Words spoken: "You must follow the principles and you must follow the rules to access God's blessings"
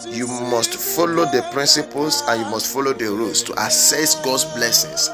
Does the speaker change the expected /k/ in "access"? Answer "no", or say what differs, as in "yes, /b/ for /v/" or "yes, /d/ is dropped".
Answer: yes, /k/ is dropped